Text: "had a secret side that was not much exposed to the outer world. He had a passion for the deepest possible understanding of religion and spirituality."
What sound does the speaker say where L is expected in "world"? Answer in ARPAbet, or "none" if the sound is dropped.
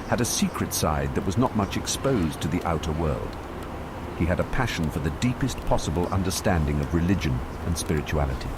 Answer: L